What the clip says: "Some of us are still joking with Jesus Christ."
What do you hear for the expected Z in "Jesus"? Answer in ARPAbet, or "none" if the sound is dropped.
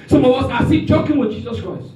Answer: Z